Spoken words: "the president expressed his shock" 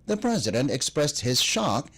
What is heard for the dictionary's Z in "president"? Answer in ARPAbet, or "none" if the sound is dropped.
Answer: Z